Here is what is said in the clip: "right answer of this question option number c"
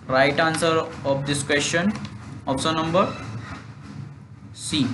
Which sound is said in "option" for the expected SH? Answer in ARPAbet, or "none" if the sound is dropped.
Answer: S